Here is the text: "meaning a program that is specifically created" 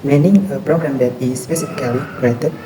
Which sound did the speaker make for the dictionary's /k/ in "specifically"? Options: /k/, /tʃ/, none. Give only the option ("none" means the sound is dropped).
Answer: none